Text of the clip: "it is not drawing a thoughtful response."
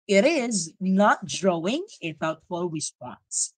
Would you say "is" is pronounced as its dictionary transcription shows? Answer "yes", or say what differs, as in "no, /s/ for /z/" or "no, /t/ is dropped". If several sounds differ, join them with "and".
yes